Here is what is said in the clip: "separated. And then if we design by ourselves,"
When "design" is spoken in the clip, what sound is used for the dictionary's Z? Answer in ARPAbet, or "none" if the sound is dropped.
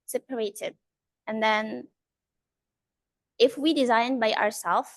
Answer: Z